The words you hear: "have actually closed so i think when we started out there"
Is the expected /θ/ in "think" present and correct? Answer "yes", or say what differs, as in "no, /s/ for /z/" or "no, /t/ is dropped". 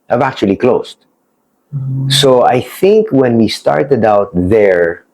yes